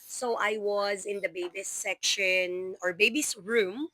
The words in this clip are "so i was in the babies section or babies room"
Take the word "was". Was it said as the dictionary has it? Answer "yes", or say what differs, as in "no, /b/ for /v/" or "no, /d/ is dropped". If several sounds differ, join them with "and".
yes